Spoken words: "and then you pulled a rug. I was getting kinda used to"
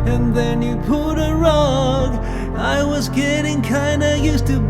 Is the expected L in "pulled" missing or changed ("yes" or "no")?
yes